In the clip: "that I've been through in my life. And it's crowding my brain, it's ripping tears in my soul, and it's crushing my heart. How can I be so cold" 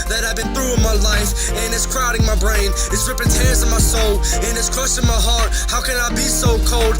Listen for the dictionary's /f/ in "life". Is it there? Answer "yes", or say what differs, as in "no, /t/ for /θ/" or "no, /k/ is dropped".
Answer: yes